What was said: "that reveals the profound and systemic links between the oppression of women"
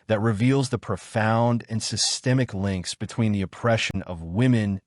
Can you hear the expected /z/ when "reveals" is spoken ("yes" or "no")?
yes